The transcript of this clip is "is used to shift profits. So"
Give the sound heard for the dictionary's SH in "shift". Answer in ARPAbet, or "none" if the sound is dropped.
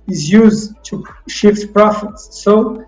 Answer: SH